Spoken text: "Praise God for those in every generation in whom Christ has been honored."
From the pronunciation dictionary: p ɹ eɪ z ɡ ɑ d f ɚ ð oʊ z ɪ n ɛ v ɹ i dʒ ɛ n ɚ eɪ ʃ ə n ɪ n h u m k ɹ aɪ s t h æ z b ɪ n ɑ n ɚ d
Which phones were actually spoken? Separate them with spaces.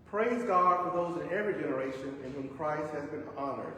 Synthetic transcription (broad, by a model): p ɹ eɪ z ɡ ɑ d f ɚ ð oʊ z ɪ n ɛ v ɹ i dʒ ɛ n ɚ eɪ ʃ ə n ɪ n h u m k ɹ aɪ s t h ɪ z b ɪ n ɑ n ɚ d